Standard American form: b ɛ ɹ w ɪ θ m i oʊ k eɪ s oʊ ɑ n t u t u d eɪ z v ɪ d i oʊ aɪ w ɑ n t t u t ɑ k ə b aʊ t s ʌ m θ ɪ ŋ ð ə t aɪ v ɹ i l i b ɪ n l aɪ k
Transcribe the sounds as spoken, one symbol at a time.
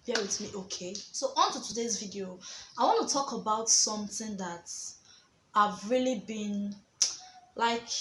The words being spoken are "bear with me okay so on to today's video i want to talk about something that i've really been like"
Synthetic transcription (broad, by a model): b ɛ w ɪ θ m i oʊ k eɪ s oʊ ɑ n t u t u d eɪ z v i d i oʊ aɪ w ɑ n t t u t ɑ k ə b aʊ t s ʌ m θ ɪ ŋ ð ə t aɪ v ɹ i l i b ɪ n l aɪ k